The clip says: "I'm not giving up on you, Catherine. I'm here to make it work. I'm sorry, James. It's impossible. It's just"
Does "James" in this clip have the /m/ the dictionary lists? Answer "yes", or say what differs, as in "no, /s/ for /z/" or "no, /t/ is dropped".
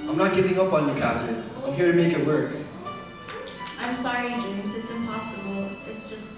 no, /m/ is dropped